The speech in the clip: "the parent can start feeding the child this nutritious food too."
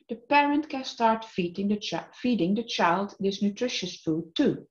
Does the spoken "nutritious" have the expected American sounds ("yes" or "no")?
yes